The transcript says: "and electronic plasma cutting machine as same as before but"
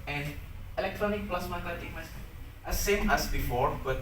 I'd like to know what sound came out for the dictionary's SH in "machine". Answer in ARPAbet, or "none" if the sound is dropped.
S